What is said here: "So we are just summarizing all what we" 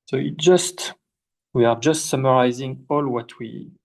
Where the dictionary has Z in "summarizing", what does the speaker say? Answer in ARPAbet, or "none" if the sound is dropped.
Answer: Z